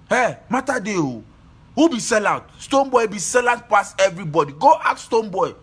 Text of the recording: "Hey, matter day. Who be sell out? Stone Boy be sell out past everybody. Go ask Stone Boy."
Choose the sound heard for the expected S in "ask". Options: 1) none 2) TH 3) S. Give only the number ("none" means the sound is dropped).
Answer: 1